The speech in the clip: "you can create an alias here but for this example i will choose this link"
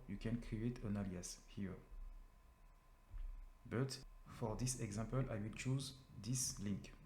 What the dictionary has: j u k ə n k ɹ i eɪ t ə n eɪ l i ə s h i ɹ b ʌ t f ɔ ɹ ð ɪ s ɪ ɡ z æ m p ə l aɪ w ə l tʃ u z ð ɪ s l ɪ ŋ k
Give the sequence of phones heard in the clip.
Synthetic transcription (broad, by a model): j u k ə n k ɹ i eɪ t ə n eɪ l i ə s h i ɹ b ʌ t f ɔ ɹ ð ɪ s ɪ ɡ z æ m p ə l aɪ w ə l tʃ u z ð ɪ s l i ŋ k